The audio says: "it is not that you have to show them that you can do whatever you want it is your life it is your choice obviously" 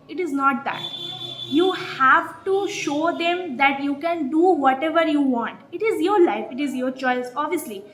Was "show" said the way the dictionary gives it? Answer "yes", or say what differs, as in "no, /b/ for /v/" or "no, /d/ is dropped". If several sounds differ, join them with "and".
yes